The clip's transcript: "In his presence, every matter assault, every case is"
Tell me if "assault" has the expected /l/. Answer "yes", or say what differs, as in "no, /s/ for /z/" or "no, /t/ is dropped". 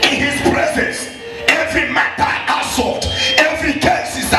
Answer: no, /l/ is dropped